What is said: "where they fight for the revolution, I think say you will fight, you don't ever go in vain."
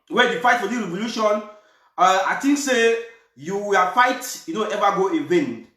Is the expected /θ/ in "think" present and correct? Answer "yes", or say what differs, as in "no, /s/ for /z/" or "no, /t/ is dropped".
no, /t/ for /θ/